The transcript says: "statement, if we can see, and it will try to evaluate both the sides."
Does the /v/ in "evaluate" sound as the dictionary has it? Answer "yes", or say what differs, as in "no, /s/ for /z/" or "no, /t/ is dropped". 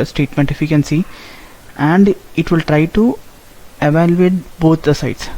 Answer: yes